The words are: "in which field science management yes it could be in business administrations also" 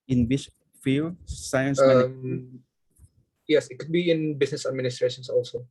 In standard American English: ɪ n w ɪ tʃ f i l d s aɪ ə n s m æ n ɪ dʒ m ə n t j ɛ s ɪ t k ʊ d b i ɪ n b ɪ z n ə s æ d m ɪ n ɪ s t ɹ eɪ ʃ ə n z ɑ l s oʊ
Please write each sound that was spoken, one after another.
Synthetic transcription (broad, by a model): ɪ n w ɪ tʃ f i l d s aɪ ə n s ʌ ɪ m j ɛ s ɪ t k ʊ d b i ɪ n b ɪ s n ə s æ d m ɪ n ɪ s t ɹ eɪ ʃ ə n s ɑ l s oʊ